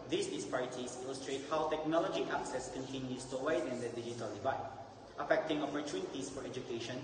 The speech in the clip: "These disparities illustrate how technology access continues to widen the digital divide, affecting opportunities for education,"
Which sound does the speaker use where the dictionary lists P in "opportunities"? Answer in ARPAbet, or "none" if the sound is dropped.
F